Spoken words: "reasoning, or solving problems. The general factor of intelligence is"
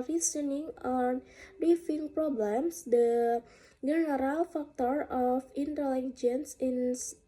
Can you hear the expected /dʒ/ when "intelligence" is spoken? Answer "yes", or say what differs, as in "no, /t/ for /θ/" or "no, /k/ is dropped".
yes